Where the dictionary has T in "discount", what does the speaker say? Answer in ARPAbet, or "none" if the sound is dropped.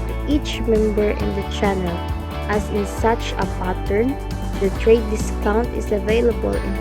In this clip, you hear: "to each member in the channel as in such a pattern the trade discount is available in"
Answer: T